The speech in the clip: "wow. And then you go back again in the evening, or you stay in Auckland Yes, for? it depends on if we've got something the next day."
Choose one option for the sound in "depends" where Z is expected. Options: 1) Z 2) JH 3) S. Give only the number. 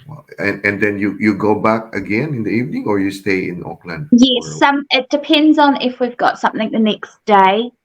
1